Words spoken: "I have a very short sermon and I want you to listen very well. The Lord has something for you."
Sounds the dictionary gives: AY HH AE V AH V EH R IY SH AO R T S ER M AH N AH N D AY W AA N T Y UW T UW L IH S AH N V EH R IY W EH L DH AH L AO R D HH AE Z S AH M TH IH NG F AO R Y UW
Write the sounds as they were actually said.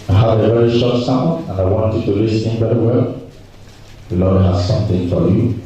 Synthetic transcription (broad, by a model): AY HH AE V AH V EH R IY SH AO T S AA AH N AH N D AY W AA N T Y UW T UW L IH S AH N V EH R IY W EH L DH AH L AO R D HH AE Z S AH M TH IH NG F AO R Y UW